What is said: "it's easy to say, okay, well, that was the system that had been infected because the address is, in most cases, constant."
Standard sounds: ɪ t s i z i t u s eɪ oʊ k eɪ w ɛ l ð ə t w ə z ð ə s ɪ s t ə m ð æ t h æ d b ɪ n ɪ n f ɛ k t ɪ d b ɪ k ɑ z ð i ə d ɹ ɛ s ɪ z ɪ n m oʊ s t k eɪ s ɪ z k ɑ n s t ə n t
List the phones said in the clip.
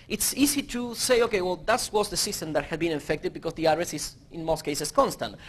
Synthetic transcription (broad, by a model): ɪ t s i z i t u s eɪ oʊ k eɪ w ɛ l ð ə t w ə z ð ə s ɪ s t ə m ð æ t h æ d b ɪ n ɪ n f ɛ k t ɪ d b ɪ k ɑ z ð i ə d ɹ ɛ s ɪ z ɪ n m oʊ s t k eɪ s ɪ s k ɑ n s t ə n t